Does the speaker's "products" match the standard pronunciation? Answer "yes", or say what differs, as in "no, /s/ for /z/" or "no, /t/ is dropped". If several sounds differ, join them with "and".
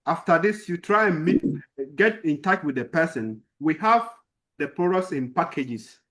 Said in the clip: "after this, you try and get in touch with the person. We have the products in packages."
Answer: no, /k/ is dropped